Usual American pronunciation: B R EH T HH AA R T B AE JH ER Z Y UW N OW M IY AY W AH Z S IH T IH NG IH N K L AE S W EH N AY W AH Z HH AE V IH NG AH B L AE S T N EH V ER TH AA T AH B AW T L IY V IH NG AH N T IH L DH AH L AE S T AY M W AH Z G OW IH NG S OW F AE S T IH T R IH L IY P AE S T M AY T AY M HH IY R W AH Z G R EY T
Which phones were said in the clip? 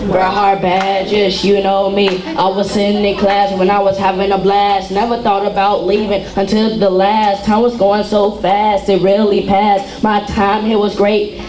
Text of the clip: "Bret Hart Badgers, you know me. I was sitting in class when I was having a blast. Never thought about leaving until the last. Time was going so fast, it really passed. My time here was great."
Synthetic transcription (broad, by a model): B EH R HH AA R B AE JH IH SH Y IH N OW M IY AY W AH Z S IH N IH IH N K L AE S W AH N AY W AH Z HH AE V IH NG AH B L AE S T N EH V ER TH AA T AH B AW T L IY V IH NG AH N T IH L DH AH L AE S T AY M W AH Z G OW IH NG S OW F AE S T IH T R IH L IY P AE S T M AY T AY M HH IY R W AH Z G R EY T